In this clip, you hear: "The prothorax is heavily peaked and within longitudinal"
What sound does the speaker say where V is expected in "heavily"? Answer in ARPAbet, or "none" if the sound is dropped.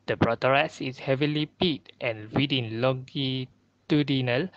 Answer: V